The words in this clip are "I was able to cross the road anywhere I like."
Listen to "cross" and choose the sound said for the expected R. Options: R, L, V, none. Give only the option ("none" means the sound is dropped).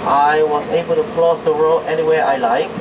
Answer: L